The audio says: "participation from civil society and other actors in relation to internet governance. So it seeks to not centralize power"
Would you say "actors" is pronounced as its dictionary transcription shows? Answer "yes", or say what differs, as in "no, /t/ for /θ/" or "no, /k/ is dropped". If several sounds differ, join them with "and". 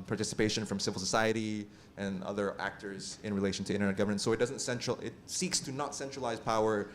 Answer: yes